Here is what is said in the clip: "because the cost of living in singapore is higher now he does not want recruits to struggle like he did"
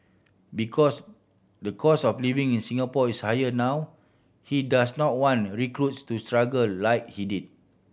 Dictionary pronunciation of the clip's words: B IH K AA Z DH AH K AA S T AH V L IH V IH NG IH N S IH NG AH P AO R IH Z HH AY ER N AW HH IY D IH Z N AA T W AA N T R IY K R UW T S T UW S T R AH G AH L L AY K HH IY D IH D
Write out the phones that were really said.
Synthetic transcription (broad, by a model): B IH K AA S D AH K AA S AH F L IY V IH NG IH N S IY NG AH P AO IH S HH AY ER N AW HH IY D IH S N AA T W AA N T R IY K R UW T S T UW S T R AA G AH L L AY K HH IY D IH D